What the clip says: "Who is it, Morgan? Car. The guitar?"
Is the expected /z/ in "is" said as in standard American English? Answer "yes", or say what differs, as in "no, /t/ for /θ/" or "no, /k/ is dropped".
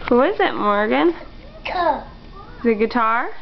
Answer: yes